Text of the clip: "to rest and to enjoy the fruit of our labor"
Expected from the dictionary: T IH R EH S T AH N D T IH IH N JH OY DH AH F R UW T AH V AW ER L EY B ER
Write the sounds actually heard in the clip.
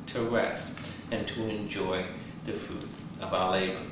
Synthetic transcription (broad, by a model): T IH R EH S T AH N T IH IH N JH OY DH AH F UW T AH V AW ER L EY B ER